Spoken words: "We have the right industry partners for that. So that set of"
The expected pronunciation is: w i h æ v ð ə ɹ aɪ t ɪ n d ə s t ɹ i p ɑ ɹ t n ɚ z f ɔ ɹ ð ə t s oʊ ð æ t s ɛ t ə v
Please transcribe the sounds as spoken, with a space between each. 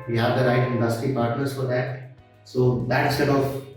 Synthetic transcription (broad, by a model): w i h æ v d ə ɹ aɪ t ɪ n d ə s t ɹ i p ɑ ɹ t n ɚ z f ɔ ɹ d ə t s oʊ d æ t s ɛ t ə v